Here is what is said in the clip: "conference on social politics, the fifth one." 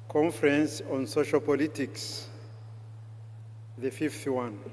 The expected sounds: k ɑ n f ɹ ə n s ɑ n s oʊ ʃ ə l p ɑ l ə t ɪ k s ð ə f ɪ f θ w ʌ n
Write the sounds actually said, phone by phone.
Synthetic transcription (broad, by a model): k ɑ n f ɹ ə n s ɑ n s oʊ ʃ ə l p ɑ l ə t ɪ k s ð ə f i f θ w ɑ n